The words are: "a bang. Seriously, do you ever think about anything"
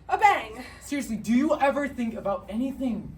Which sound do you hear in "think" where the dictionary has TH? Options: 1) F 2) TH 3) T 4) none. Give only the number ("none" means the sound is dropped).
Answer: 2